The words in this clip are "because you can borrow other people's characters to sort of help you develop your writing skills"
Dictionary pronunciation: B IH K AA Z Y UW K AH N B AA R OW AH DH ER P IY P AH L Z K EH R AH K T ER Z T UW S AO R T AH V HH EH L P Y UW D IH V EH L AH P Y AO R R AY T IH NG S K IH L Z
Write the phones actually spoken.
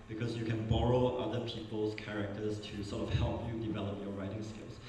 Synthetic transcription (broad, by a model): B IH K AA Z Y UW K AH N B AA R OW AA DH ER P IY P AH L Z K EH R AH K T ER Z T UW S AO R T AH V HH EH L P Y UW D IH V EH L AH P Y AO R R AY T IH NG S K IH L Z